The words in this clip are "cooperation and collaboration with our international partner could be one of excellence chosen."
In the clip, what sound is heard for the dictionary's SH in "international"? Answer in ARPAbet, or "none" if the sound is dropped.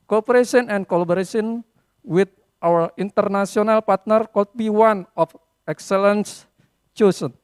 S